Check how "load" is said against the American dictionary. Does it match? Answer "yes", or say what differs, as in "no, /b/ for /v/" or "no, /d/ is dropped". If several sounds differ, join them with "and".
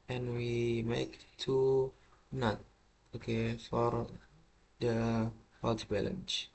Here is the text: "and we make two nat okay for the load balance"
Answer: no, /w/ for /l/